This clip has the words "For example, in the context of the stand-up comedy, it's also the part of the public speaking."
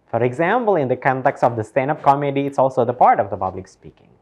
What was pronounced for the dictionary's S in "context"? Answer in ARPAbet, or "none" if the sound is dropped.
S